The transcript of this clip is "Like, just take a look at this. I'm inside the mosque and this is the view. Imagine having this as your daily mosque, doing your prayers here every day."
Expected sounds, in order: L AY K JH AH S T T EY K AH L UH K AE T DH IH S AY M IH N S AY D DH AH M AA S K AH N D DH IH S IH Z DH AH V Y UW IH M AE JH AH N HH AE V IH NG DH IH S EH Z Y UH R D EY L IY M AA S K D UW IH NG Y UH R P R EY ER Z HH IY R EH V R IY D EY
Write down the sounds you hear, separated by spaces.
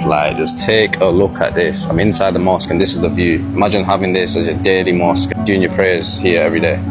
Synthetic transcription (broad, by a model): L AY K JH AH S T T EY K AH L UH K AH T DH IH S AY M IH N S AY D DH AH M AA S K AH N DH IH S IH Z DH AH V Y UW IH M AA JH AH N HH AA V IH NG DH IH S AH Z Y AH D EY L IY M AA S K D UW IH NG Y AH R P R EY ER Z HH IY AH EH V R IY D EY